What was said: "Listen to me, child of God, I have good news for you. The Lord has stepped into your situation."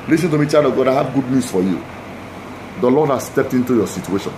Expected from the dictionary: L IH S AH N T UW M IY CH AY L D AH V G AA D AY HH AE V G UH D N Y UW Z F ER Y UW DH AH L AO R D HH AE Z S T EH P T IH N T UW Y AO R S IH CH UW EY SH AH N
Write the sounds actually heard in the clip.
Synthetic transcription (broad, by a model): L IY S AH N T UW M IY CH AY D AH G AA D AY HH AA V G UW D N Y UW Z F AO Y UW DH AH L AO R D HH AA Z S T EH P T IH N T UW Y AO S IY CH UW EY SH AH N